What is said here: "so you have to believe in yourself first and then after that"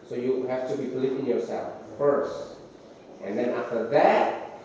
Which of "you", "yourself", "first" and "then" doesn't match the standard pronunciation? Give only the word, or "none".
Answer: none